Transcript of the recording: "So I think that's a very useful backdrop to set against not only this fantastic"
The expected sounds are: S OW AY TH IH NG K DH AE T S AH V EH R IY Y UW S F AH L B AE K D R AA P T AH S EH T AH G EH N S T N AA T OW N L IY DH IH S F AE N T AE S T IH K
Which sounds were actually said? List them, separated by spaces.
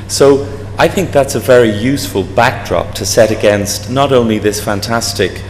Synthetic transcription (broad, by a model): S OW AY TH IH NG K DH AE T S AH V EH R IY Y UW S F AH L B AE K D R AA P T AH S EH T AH G EH N S T N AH T OW N L IY DH IH S F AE N T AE S T IH K